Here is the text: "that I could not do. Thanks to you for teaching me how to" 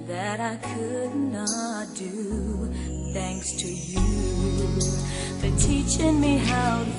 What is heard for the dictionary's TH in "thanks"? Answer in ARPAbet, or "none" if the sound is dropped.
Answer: TH